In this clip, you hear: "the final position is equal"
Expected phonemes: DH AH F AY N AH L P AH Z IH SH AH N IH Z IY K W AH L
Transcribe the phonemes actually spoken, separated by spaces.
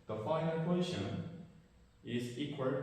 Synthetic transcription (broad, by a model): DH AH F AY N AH N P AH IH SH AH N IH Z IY K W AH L